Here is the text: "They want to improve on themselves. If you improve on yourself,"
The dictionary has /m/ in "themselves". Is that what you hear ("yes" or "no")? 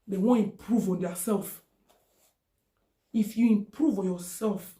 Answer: no